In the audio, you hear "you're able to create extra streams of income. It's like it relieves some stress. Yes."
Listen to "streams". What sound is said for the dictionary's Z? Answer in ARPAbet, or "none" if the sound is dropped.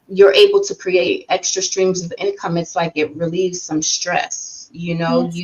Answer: Z